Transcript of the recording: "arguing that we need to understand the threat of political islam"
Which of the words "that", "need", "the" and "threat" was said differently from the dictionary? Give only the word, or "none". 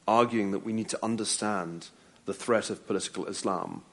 none